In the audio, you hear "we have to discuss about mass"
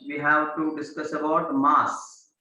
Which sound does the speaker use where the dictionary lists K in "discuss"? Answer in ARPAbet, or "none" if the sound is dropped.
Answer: K